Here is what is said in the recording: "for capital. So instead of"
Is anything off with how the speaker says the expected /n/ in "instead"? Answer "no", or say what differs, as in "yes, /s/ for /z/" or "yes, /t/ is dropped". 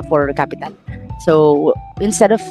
no